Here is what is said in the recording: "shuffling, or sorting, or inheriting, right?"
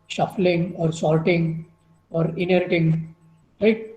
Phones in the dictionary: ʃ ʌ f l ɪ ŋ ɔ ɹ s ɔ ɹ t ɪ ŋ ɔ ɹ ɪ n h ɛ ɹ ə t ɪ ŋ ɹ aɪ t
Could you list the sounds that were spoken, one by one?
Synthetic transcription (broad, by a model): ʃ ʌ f l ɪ ŋ ɔ ɹ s ɔ l t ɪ ŋ ɔ ɹ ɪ n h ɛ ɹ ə t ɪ ŋ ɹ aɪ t